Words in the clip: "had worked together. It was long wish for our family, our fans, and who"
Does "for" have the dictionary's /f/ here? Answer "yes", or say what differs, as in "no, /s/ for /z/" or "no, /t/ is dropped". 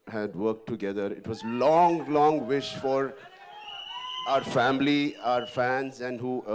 yes